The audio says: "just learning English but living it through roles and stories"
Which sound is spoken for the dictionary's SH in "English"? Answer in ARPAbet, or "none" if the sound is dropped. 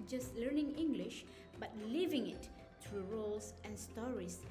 SH